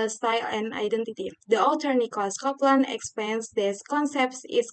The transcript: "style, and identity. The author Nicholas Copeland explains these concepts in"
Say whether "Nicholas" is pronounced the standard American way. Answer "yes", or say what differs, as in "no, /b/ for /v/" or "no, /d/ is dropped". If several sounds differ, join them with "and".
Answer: no, /l/ is dropped